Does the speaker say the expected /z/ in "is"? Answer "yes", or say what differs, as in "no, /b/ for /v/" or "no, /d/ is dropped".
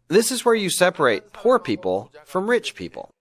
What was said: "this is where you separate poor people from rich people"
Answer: yes